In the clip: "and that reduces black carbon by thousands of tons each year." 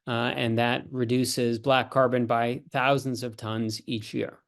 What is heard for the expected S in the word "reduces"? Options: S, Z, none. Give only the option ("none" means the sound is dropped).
S